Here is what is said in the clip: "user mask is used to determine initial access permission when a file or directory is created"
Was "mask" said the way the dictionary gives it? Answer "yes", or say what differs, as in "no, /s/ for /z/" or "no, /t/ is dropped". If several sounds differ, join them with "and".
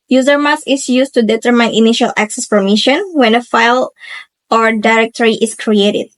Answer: no, /k/ is dropped